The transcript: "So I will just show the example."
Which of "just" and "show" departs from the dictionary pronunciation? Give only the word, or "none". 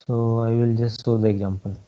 show